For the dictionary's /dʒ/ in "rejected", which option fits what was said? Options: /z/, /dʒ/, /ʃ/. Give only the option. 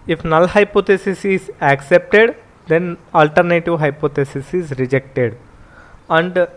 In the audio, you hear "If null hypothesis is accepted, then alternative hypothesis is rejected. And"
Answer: /dʒ/